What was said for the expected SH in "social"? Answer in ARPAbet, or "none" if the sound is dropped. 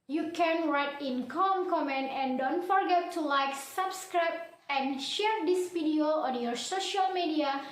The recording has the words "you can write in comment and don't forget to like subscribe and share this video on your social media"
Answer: SH